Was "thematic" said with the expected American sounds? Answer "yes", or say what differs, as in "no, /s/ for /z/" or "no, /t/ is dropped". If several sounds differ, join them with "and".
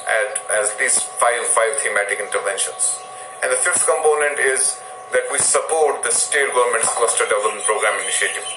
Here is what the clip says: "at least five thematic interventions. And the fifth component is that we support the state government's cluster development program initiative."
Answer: no, /t/ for /θ/